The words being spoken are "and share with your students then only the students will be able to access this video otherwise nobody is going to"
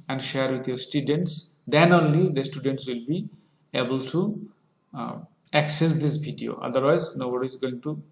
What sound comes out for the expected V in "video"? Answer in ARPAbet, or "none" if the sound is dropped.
B